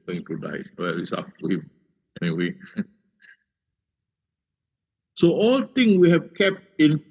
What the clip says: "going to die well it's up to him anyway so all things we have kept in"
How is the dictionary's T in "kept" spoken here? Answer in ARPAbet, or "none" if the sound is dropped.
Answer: T